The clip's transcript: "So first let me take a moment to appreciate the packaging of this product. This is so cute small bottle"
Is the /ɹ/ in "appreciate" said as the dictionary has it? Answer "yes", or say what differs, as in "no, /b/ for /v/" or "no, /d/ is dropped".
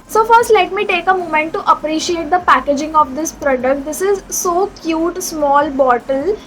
yes